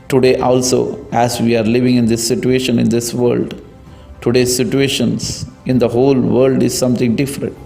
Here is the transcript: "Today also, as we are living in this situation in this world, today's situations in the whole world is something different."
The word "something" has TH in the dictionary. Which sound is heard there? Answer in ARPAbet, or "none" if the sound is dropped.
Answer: T